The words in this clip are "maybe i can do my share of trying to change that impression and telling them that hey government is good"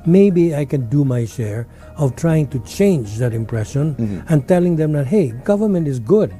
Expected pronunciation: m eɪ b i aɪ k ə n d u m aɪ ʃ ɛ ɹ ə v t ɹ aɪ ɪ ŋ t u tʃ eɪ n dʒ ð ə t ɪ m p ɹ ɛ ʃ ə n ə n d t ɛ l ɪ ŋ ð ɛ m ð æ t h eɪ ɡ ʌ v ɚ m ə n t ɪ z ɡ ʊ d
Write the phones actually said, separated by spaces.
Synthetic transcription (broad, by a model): m eɪ b i aɪ k ə n d u m aɪ ʃ ɛ ɹ ə v t ɹ aɪ ɪ ŋ t u tʃ eɪ n dʒ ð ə t ɪ m p ɹ ɛ ʃ ə n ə n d t ɛ l ɪ ŋ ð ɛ m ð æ t h eɪ ɡ ʌ v ɚ m ə n t ɪ z ɡ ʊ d